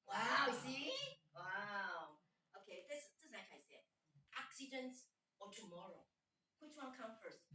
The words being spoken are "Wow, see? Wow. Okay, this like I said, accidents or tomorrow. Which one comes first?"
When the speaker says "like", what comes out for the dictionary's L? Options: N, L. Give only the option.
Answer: N